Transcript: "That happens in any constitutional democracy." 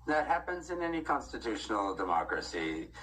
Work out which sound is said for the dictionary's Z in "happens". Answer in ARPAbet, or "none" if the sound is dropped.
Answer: Z